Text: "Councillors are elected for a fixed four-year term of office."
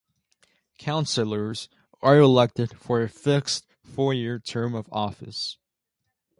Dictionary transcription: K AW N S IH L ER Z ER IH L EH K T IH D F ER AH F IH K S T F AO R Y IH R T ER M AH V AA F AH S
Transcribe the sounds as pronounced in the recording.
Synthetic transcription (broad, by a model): K AW N S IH L ER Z ER IH L EH K T IH D F ER AH F IH K S T F AO R Y IH R T ER M AH V AA F AH S